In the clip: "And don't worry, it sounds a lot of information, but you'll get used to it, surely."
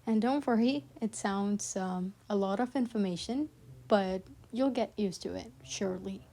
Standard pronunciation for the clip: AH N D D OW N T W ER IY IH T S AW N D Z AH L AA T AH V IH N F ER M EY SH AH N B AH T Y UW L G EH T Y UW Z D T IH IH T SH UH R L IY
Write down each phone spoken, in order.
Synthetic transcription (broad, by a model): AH N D D OW N T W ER IY IH T S AW N D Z AH L AA T AH V IH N F ER M EY SH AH N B AH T Y UW L G EH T Y UW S T IH IH T SH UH R L IY